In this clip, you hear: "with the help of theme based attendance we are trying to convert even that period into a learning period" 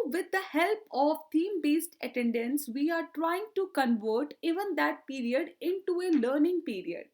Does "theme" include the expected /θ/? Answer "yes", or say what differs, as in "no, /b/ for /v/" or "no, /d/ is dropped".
no, /t/ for /θ/